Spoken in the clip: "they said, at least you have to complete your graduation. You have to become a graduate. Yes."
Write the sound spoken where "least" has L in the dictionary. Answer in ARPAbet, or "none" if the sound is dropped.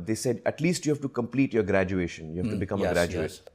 L